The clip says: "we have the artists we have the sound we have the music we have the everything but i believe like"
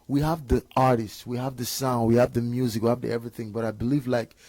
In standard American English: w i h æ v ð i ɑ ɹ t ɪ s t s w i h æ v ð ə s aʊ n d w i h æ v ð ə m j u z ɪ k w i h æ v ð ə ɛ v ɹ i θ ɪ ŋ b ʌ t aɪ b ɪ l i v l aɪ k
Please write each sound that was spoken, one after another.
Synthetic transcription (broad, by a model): w i h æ v ð i ɑ ɹ t ɪ s t s w i h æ v ð ə s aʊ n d w i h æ v ð ə m j u z ɪ k w i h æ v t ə ɛ v ɹ i θ ɪ ŋ b ʌ t aɪ b ɪ l i v l aɪ k